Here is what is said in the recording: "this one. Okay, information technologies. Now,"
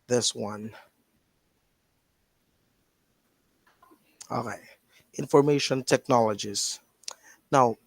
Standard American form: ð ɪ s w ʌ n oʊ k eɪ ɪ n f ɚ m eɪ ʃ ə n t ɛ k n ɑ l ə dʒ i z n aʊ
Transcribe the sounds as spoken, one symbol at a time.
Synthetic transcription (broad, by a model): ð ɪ s w ʌ n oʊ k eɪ ɪ n f ɚ m eɪ ʃ ə n t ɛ k n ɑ l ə dʒ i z n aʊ